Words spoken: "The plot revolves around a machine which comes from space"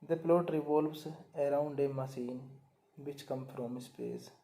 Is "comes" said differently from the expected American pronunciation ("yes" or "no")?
yes